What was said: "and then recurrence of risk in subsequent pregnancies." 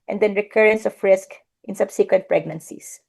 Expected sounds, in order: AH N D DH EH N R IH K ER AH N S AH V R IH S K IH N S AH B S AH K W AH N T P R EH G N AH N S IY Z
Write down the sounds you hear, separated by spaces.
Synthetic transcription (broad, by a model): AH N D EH N R IH K ER AH N S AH F R IH S K IH N S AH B S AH K W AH N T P R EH G N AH N S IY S